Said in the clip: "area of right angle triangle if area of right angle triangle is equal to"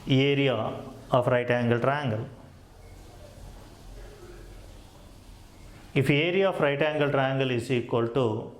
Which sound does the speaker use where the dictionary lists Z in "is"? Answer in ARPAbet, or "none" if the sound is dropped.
S